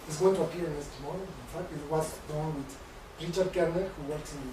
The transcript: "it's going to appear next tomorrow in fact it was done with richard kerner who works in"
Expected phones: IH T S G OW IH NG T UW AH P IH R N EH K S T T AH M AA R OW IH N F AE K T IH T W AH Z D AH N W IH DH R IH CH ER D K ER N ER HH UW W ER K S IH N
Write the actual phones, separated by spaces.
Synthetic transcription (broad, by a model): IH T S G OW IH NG T UW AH P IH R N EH S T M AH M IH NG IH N F AE K T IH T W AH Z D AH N W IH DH R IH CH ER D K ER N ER HH UW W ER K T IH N